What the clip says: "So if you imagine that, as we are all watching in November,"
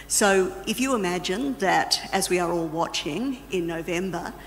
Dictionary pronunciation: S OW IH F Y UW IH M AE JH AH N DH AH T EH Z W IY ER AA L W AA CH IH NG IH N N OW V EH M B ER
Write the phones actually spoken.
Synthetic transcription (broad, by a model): S OW IH F Y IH IH M AE JH AH N DH AH T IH Z W IY ER AA L W AA CH IH NG IH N N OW V EH M B ER